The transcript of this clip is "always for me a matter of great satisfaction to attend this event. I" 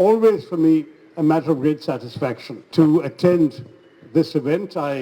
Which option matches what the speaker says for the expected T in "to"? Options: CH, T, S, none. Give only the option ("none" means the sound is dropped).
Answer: T